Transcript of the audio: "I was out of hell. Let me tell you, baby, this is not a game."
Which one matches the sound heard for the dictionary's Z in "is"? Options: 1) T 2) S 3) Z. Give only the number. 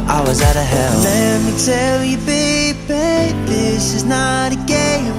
3